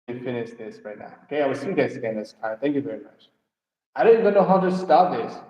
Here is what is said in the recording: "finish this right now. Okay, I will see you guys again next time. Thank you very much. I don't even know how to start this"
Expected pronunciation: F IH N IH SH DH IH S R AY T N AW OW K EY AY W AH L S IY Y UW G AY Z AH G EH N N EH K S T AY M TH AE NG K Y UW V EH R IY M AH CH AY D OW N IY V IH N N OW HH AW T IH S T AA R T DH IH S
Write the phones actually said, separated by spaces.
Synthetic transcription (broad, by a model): F IH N IH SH DH IH S R AY T N AW OW K EY AY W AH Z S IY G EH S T S AH G EH N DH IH S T AY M TH AE NG K Y UW V EH R IY M AH CH AY D OW N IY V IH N N OW HH AW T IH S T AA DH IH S